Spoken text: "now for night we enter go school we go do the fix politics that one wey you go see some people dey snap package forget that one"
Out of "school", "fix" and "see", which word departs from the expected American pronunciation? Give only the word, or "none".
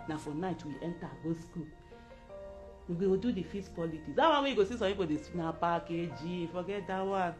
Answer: fix